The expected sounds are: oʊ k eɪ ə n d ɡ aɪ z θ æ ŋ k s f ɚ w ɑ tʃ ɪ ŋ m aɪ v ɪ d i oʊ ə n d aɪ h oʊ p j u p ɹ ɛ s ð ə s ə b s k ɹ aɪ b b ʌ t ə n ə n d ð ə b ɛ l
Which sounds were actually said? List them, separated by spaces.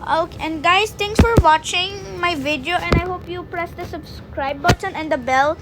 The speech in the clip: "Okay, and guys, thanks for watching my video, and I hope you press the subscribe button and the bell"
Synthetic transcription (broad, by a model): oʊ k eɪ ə n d ɡ aɪ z t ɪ ŋ s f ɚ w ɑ tʃ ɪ ŋ m aɪ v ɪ d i oʊ ə n d aɪ h oʊ p j u p ɹ ɛ s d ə s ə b s k ɹ aɪ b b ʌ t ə n ə n d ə b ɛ l